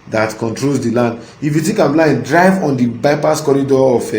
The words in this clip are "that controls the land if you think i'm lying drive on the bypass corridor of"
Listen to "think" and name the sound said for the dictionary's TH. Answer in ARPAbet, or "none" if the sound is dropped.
T